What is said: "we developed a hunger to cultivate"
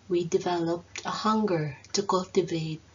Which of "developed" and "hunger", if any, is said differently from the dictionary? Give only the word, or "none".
none